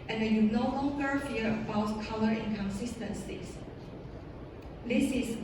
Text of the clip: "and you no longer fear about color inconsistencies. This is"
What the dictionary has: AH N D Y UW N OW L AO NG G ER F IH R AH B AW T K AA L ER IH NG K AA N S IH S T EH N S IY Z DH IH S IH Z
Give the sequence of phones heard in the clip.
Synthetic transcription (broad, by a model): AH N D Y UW N OW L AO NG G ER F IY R AH B AW T K AA L ER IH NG K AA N S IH S T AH N S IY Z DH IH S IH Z